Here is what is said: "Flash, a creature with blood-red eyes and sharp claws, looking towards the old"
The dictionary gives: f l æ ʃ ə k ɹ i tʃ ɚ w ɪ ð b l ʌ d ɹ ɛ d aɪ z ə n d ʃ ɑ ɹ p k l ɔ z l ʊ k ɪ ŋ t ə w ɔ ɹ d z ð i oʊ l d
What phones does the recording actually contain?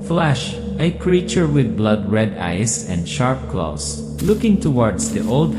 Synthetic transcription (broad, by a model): f l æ ʃ ə k ɹ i tʃ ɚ w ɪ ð b l ʌ d ɹ ɛ d aɪ s ə n d ʃ ɑ ɹ p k l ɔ s l ʊ k ɪ ŋ t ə w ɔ ɹ d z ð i oʊ l d